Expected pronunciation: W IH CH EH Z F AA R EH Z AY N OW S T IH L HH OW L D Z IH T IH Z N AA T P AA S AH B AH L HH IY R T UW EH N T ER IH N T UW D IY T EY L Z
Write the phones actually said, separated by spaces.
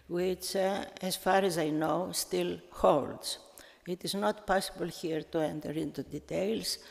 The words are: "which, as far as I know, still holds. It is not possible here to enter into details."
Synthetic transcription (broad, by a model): W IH CH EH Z F AA R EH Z AY N OW S T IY L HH OW L D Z IH T IH Z N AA T P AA S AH B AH L HH IY R T UW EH N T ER IH N T UW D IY T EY L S